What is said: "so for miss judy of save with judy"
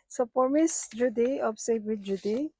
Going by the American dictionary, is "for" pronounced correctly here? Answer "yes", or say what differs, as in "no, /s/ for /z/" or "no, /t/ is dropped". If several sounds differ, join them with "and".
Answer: no, /p/ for /f/